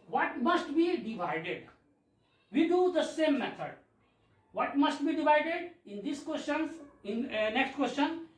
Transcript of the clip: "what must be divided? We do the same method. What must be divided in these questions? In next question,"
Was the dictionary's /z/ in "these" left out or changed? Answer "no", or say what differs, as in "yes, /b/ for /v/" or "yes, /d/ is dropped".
yes, /s/ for /z/